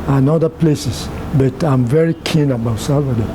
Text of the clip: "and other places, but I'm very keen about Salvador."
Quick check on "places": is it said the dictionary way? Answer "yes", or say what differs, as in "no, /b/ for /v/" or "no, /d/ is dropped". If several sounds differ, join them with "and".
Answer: no, /s/ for /z/